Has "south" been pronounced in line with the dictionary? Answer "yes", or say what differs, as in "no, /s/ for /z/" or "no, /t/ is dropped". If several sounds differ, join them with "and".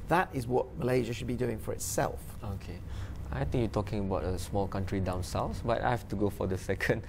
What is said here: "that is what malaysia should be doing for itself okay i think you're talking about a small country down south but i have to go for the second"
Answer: no, /s/ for /θ/